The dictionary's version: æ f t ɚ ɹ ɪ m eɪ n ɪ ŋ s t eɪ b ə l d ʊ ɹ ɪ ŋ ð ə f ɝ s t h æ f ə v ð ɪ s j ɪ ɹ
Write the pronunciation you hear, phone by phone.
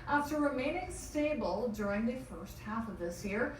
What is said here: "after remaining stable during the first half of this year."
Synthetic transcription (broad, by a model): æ f t ɚ ɹ ɪ m eɪ n ɪ ŋ s t eɪ b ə l d ʊ ɹ ɪ ŋ ð ə f ɝ s t h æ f ə v ð ɪ s j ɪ ɹ